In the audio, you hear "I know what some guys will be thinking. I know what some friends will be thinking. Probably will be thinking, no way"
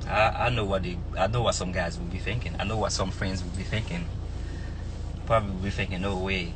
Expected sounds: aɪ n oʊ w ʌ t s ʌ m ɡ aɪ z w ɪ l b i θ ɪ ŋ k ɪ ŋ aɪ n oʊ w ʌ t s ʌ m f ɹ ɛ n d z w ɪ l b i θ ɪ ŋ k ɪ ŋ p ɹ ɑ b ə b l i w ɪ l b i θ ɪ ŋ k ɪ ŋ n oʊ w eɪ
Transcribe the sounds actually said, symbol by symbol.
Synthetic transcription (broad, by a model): aɪ n oʊ w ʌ t s ʌ m ɡ aɪ z w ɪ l b i θ ɪ ŋ k ɪ ŋ aɪ n oʊ w ʌ t s ʌ m f ɹ ɛ n d z w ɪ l b i θ ɪ ŋ k ɪ ŋ p ɹ ɑ b ə b l i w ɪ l b i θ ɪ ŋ k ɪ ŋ n oʊ w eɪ